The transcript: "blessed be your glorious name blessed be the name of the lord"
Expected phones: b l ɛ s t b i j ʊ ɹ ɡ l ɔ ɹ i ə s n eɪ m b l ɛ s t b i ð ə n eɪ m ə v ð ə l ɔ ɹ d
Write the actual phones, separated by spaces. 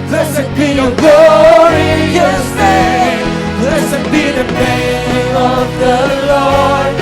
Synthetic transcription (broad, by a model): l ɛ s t b i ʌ ɡ l ɔ ɹ i ə s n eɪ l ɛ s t b i ð ə n eɪ m ə v ð ə l ɔ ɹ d